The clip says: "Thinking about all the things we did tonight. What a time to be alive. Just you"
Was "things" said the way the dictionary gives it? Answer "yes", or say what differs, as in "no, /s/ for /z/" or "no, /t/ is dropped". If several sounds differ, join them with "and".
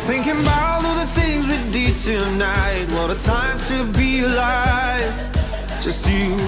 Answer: yes